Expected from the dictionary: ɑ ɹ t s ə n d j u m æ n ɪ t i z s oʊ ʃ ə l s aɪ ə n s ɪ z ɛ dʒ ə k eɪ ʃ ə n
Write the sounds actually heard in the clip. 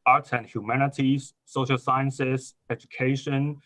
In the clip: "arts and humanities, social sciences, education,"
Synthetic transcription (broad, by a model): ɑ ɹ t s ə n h j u m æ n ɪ t i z s oʊ ʃ ə l s aɪ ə n s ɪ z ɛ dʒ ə k eɪ ʃ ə n